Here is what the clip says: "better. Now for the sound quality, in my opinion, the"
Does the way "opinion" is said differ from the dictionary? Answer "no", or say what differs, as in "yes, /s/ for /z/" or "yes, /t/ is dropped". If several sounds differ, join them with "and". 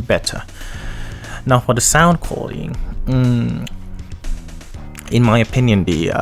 no